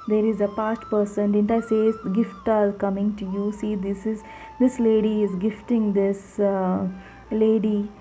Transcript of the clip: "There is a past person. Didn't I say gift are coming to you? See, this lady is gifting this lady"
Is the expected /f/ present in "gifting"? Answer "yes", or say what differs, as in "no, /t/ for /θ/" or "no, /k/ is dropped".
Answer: yes